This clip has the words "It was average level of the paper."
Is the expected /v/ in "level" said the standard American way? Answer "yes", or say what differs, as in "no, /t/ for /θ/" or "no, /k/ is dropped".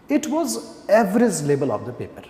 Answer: no, /b/ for /v/